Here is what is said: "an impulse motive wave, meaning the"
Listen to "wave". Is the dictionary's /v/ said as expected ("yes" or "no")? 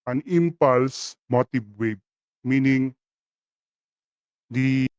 no